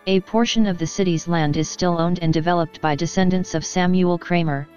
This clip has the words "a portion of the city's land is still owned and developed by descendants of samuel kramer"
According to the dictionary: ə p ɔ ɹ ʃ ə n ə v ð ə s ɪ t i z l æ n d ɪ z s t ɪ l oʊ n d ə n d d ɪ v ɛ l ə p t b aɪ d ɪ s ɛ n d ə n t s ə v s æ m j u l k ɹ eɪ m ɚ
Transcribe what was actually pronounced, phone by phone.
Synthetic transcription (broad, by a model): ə p ɔ ɹ ʃ ə n ə v ð ə s ɪ t i z l æ n d ɪ z s t ɪ l oʊ n d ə n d d ɪ v ɛ l ə p t b aɪ d ɪ s ɛ n d ə n t s ə v s æ m j u l k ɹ eɪ m ɚ